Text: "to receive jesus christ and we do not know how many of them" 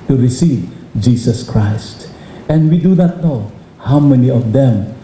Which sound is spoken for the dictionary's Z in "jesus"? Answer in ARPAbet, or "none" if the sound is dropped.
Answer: S